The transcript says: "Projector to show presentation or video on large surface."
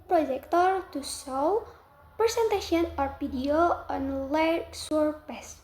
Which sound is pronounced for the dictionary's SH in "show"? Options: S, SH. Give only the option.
S